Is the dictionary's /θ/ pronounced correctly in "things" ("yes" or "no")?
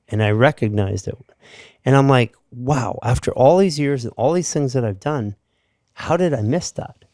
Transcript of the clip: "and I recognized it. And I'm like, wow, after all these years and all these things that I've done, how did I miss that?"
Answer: yes